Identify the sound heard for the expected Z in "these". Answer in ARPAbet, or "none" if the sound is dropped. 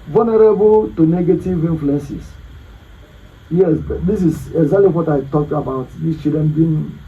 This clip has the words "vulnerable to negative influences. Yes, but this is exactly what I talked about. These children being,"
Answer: S